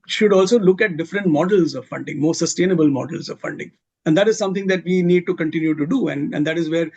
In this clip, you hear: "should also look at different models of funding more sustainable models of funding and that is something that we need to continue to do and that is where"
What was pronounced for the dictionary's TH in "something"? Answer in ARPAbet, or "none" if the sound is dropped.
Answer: T